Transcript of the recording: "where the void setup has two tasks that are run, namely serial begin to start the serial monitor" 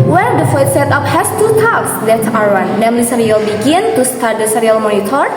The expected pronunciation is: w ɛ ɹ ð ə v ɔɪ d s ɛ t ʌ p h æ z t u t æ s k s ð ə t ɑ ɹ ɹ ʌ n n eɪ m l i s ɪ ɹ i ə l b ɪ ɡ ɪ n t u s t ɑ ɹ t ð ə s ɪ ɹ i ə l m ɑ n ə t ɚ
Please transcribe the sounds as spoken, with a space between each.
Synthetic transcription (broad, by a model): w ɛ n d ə f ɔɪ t s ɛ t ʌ p h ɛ s t u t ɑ k s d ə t ɑ ɹ w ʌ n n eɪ m l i s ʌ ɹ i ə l b ɪ ɡ ɪ n t u s t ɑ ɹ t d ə s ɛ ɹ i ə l m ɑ n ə t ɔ